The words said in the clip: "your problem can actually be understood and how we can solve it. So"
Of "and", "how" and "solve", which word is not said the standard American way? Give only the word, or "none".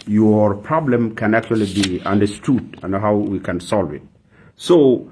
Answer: none